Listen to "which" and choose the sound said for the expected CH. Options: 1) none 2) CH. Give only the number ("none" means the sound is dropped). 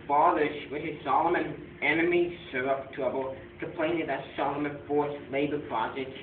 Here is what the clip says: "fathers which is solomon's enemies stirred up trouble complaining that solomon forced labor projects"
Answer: 1